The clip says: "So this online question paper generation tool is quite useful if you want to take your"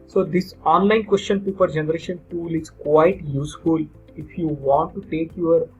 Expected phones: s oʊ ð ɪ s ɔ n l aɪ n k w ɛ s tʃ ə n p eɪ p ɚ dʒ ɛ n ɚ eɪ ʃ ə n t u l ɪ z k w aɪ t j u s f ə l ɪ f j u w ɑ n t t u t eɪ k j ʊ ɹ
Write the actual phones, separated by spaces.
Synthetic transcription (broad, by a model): s oʊ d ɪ s ɔ n l aɪ n k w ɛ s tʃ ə n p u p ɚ dʒ ɛ n ɚ eɪ ʃ ə n t u l ɪ z k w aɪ t j u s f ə l ɪ f j u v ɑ n t t u t eɪ k j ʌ ɹ